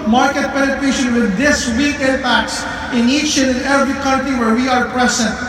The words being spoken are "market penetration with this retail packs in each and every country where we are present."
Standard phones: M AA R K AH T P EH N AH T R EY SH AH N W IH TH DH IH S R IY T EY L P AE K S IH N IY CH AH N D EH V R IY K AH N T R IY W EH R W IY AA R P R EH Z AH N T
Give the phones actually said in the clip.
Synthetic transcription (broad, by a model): M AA R K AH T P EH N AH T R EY SH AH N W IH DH IH S W IY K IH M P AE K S IH N IY CH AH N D EH V R IY K AH N T R IY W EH R W IY AA R P R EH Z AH N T